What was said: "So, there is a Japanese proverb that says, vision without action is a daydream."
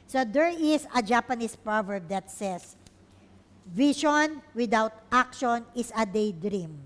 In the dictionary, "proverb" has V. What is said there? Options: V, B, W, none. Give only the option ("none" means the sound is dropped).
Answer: V